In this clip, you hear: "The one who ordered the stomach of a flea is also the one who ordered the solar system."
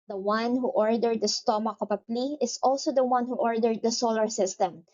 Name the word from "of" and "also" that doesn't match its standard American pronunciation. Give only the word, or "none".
of